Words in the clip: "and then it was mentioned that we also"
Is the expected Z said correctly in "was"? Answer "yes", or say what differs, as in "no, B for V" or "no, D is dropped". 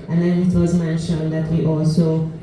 yes